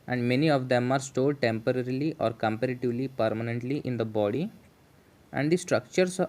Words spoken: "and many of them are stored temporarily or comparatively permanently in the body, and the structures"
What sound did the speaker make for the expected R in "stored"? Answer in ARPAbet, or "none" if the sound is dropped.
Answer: L